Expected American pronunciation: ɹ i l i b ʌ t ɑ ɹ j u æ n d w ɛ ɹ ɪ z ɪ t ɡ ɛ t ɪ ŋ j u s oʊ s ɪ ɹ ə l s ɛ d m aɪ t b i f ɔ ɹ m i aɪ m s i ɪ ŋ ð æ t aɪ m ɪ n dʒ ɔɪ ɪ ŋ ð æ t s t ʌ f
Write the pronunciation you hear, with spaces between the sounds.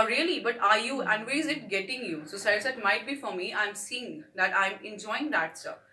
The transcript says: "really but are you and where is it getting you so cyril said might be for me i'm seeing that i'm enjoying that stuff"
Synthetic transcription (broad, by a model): ɹ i l i b ʌ t ɑ ɹ j u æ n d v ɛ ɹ ɪ z ɪ t ɡ ɛ t ɪ ŋ j u s oʊ s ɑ ə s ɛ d m aɪ t b i f ɔ ɹ m i aɪ m s i ɪ ŋ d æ t aɪ m ɪ n dʒ ɔɪ ɪ ŋ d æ t s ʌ